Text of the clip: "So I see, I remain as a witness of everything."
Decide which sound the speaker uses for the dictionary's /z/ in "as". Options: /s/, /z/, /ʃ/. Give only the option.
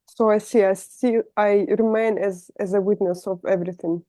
/z/